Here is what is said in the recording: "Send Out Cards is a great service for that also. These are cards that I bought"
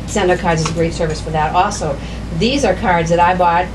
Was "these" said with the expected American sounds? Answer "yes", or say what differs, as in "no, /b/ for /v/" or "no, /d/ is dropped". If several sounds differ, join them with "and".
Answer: yes